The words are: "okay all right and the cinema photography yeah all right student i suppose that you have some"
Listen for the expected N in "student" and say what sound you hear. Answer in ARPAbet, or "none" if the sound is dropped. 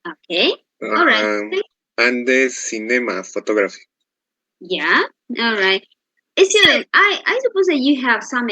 none